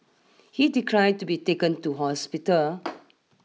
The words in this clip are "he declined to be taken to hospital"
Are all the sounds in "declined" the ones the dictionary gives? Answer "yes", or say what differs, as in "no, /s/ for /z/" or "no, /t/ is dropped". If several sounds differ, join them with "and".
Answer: no, /n/ is dropped